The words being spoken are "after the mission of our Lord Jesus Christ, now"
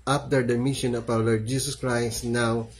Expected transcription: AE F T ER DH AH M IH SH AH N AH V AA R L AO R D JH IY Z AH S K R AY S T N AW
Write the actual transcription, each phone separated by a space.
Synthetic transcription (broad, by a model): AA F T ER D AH M IH SH AH N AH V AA W L AO R D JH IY S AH S K R AY S T N AW